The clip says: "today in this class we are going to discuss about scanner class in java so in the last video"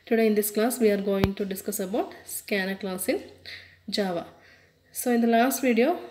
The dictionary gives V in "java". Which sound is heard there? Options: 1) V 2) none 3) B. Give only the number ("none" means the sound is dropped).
1